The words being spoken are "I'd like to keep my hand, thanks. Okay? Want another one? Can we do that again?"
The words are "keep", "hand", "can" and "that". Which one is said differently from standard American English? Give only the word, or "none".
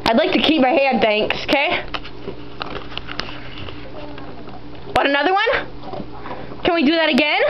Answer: hand